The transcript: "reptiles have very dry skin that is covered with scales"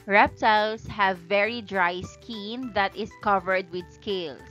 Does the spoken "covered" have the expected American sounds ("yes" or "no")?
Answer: yes